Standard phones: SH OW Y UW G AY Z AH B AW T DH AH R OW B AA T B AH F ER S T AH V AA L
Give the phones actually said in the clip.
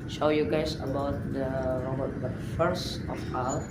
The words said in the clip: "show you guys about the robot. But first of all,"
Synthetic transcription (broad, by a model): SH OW Y UW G AY S AH B AW T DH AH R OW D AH F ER S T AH F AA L